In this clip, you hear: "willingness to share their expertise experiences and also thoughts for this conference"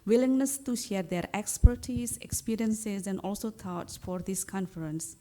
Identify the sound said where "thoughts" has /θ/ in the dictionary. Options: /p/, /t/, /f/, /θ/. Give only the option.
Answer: /t/